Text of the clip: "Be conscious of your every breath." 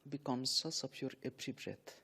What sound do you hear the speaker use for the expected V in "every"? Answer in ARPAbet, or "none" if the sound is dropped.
P